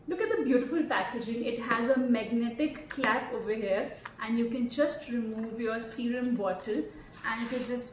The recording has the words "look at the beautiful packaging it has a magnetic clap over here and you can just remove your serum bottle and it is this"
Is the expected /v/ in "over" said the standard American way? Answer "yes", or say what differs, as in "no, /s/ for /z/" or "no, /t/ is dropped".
yes